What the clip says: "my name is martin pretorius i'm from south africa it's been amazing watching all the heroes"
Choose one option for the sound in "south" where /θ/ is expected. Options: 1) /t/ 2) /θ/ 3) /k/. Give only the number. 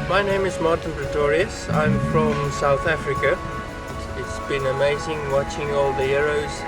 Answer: 2